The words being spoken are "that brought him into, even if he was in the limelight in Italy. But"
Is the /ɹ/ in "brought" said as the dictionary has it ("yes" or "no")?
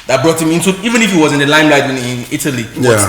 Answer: yes